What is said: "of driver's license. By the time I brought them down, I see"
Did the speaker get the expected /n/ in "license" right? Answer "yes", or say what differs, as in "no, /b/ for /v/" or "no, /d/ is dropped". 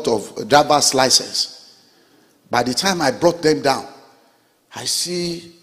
no, /n/ is dropped